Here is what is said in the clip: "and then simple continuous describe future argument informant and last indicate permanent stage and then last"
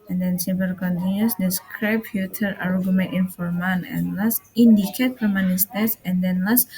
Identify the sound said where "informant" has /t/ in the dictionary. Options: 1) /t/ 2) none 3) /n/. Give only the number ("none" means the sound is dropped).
2